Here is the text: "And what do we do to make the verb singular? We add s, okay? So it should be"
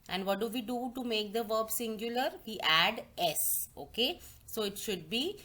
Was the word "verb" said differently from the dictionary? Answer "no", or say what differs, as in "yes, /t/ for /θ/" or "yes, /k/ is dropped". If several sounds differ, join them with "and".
no